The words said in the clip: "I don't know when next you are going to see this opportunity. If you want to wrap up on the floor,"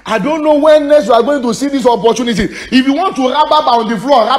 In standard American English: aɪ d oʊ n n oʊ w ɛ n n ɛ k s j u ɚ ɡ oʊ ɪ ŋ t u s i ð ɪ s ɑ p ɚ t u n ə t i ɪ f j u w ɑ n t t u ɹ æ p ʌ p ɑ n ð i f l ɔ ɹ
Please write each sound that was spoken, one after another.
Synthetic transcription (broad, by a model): aɪ d oʊ n n oʊ w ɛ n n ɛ s j u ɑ ɡ oʊ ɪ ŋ t u s i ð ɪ s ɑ p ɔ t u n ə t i ɪ f j u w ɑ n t t u ɹ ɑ b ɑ b ɑ n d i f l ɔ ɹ